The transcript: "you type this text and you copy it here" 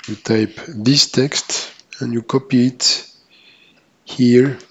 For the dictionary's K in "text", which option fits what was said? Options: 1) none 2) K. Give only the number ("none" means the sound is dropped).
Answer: 2